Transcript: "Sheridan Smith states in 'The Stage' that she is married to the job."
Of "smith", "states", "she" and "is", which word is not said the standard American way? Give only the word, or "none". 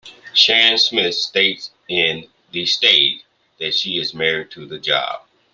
none